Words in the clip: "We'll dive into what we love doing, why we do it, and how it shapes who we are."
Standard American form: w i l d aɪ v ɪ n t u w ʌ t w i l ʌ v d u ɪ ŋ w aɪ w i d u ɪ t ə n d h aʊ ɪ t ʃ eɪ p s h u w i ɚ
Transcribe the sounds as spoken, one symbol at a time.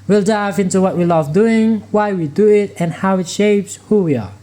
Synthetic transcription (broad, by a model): w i l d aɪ v ɪ n t u w ʌ t w i l ʌ v d u ɪ ŋ w aɪ w i d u ɪ t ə n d h aʊ ɪ t ʃ eɪ p s h u w i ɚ